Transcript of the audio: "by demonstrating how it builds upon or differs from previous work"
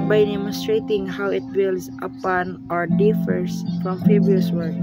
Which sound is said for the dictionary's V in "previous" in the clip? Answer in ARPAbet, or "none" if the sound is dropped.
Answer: B